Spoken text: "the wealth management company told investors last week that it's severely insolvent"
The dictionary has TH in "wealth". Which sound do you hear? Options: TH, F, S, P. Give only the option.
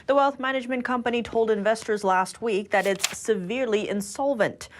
TH